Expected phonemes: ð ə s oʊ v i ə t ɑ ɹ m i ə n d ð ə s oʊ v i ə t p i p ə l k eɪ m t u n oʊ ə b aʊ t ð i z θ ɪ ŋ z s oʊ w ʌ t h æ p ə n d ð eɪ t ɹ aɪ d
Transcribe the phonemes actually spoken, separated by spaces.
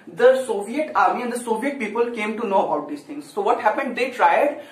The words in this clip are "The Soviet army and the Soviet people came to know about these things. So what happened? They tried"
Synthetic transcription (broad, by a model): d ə s oʊ v i ə t ɑ ɹ m i ə n d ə s oʊ v i ə t p i p ə l k eɪ m t u n oʊ ə b aʊ t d i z t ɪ ŋ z s oʊ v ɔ t h æ p ə n d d eɪ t ɹ aɪ d